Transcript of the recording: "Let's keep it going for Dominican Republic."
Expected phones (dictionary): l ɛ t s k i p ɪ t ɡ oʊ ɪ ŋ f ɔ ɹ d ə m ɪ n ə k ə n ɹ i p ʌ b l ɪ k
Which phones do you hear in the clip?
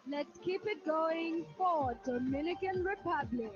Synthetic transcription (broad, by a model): l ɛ t s k i p ɪ t ɡ oʊ ɪ ŋ f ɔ w d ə m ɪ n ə k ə n ɹ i p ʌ b l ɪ k